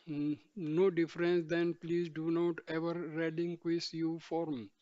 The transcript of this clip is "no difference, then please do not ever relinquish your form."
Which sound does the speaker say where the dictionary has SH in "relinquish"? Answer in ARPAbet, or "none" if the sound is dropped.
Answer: S